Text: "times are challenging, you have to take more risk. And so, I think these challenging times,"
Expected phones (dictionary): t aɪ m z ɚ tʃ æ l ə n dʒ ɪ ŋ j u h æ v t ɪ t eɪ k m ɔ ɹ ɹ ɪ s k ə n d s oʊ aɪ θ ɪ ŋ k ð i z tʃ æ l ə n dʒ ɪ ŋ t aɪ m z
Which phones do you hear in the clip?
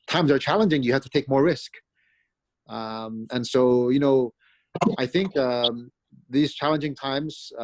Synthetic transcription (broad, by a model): t aɪ m z ɚ tʃ æ l ə n dʒ ɪ ŋ j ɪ h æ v t ɪ t eɪ k m ɔ ɹ ɹ ɪ s k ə n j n oʊ aɪ θ ɪ ŋ k ð i z tʃ æ l ə n dʒ ɪ ŋ t aɪ m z